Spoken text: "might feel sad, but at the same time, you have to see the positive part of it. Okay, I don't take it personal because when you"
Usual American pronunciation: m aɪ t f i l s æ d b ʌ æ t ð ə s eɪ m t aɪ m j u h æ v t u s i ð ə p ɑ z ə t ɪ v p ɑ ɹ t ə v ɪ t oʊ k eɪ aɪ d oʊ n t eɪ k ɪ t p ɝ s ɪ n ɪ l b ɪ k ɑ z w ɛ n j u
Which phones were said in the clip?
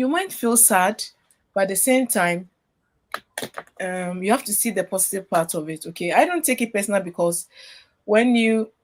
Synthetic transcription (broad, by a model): m aɪ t f i l s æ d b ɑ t ð ə s eɪ m t aɪ m j u h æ f t u s i ð ə p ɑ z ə t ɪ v p ɑ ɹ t ə v ɪ t oʊ k eɪ aɪ d oʊ n t eɪ k ɪ t p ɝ s n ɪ l b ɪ k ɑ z w ɛ n j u